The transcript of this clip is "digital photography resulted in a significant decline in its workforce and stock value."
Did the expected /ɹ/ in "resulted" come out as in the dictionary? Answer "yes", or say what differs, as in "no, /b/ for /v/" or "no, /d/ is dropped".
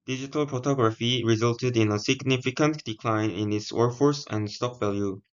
yes